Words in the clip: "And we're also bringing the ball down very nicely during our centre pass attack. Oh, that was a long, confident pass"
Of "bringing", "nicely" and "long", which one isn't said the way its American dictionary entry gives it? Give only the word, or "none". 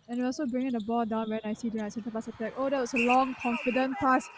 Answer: nicely